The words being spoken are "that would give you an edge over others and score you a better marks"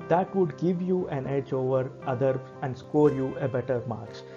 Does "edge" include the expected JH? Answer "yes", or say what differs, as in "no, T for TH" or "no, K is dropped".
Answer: yes